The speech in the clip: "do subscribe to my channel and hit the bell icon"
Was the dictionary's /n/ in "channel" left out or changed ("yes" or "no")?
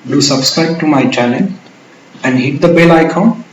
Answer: yes